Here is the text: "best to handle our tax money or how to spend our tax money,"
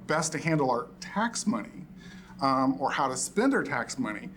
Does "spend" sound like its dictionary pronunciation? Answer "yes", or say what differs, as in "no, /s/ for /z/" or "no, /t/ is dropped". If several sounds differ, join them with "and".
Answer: yes